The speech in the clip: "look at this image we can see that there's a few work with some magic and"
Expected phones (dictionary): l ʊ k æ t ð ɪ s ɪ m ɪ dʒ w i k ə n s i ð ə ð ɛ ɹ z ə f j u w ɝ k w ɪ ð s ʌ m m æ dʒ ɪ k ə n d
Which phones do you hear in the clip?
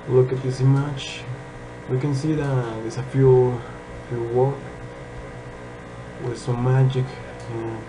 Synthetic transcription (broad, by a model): l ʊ k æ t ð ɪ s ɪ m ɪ tʃ w i k ə n s i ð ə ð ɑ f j ə f j u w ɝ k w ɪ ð s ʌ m m æ dʒ ɪ k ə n